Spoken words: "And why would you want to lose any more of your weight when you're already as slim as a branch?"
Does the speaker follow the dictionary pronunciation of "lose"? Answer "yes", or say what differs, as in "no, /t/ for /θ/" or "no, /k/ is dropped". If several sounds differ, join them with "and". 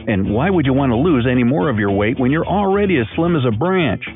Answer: yes